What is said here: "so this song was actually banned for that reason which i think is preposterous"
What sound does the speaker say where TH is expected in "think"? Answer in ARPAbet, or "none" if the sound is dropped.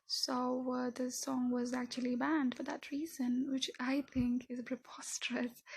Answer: TH